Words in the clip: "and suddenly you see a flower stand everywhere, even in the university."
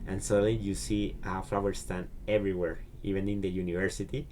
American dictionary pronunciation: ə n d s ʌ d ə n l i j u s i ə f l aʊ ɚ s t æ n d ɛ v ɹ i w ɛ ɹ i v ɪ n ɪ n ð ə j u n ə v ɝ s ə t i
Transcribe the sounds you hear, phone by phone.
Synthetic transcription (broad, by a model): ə n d s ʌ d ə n l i j u s i ə f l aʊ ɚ s t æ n ɛ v ɹ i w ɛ ɹ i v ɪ n ɪ n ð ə j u n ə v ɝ s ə t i